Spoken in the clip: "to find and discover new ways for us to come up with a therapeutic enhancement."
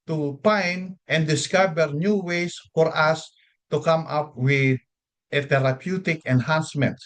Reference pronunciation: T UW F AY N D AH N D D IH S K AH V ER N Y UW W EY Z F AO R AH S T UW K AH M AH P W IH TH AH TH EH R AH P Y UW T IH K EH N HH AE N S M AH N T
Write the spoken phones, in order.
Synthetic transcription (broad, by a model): T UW P AY N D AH N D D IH S K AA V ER N Y UW W EY S F AO R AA S T UW K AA M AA P W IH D AH T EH R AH P Y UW T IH K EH N HH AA N S M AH N T